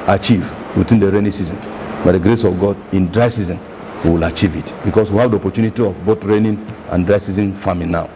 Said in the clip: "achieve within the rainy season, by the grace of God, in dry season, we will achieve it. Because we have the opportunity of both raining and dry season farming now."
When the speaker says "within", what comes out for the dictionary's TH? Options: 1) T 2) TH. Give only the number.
1